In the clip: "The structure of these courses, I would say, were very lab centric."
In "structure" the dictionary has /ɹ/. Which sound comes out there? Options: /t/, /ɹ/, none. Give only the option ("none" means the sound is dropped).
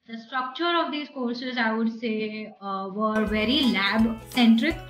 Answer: /ɹ/